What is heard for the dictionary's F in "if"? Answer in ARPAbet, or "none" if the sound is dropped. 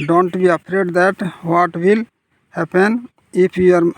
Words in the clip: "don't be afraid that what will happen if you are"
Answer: P